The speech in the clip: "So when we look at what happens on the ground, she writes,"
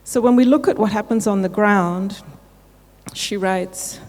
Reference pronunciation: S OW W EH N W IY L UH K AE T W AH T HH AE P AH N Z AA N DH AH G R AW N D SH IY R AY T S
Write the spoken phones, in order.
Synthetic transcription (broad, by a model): S OW W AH N W IY L UH K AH T W AH T HH AE P AH N Z N DH AH G R AW N D SH IY R AY T S